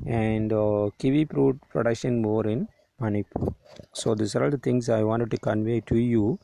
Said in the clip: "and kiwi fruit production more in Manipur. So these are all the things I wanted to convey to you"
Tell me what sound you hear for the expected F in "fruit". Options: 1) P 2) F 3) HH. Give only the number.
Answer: 1